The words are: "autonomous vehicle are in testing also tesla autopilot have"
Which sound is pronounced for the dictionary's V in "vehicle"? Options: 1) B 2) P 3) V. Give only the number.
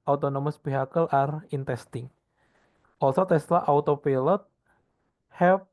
1